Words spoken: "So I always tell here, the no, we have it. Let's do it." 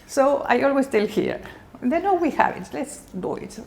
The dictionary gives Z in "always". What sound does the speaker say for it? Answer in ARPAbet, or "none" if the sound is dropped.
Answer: S